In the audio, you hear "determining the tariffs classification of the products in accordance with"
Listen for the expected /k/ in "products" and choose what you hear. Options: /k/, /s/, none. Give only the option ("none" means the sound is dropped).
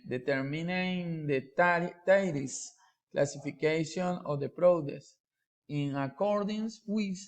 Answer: none